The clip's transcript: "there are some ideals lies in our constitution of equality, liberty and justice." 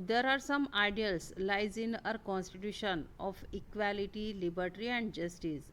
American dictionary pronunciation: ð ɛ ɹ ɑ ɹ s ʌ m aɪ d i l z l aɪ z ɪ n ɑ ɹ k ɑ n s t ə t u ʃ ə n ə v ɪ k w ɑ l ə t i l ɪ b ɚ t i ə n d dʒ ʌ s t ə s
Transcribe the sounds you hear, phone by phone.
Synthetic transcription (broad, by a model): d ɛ ɹ ɑ ɹ s ʌ m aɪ d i l s l aɪ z ɪ n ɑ ɹ k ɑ n s t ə t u ʃ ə n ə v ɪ k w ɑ l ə t i l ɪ b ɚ t i ə n d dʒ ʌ s t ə s